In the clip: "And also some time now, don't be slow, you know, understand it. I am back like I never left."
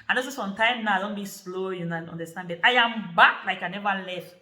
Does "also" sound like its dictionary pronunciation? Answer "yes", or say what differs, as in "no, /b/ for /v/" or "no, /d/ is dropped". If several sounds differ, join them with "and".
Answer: no, /l/ is dropped